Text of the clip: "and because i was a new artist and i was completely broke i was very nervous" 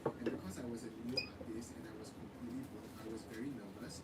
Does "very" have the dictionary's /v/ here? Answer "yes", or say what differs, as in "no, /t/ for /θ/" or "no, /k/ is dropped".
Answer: yes